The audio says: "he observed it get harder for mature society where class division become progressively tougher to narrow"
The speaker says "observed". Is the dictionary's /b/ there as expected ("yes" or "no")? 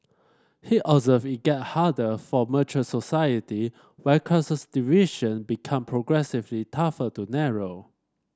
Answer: no